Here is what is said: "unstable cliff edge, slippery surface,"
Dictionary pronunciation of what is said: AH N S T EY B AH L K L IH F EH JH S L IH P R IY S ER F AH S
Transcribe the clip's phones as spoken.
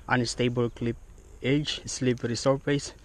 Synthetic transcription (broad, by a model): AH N S T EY B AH L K L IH P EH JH S L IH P R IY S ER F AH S